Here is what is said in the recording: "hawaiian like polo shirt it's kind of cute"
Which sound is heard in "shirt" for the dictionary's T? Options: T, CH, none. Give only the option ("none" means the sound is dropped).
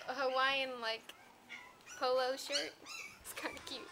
T